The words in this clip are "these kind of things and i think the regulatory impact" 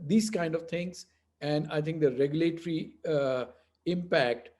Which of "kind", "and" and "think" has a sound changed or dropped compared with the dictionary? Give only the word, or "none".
think